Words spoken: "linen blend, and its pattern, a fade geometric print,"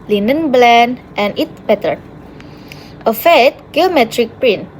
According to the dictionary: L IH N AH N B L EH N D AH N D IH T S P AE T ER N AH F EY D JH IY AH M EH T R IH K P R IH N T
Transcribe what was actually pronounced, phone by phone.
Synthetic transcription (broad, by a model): L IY N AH N B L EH N AH N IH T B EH T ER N AH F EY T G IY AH M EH T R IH K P R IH N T